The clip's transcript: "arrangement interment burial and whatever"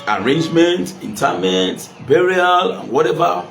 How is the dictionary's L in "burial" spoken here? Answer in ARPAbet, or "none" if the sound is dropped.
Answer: L